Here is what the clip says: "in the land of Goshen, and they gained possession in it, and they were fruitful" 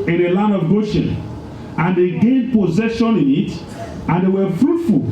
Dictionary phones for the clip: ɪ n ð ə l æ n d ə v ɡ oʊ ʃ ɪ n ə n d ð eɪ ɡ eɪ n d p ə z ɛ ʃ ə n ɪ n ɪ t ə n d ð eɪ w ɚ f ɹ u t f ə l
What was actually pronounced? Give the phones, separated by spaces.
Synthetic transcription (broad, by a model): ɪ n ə l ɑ n d ə v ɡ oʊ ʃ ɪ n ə n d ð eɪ ɡ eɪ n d p ə z ɛ ʃ ə n ɪ n ɪ t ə n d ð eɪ w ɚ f ɹ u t f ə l